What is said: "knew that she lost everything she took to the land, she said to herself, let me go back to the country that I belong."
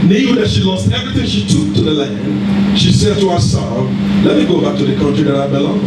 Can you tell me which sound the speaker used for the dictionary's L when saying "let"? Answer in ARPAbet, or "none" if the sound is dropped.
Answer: L